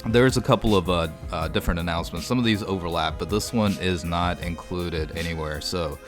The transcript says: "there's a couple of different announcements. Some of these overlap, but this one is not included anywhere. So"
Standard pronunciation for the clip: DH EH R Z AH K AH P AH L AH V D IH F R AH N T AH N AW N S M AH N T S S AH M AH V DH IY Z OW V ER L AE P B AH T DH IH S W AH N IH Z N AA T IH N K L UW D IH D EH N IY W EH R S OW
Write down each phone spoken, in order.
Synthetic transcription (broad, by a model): DH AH R Z AH K AH P L AH V D IH F R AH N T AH N AW N S M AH N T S S AH M AH V DH IY Z OW V ER L AE P B AH T DH IH S W AH N IH Z N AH T IH N K L UW D IH D EH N IY W EH R S OW